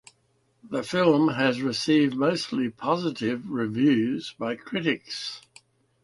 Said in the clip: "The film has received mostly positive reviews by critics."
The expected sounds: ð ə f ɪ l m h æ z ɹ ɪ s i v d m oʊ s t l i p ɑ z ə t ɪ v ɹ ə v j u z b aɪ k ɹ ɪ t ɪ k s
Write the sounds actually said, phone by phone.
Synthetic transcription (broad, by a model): ð ə f ɪ l m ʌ z ɹ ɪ s i v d m oʊ s t l i p ɑ z ə t ɪ v ɹ ə v j u z b aɪ k ɹ ɪ t ɪ k s